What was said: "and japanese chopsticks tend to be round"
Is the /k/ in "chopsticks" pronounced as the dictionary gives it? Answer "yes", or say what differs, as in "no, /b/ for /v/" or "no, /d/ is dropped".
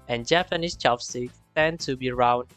no, /k/ is dropped